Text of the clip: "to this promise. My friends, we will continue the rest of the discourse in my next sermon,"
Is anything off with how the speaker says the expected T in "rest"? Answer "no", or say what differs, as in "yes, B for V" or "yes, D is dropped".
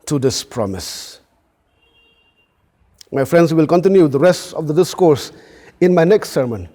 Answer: no